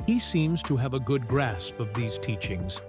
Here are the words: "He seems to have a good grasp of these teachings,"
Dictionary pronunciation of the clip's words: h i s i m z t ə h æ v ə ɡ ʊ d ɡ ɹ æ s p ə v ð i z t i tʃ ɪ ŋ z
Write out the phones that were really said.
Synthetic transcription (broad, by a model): h i s i m z t ə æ v ə ɡ ʊ d ɡ ɹ æ s p ə v ð i z t i tʃ ɪ ŋ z